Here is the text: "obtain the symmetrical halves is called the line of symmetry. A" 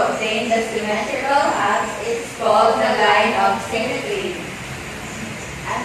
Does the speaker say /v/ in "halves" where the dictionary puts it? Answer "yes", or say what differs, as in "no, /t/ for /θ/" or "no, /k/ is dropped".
no, /v/ is dropped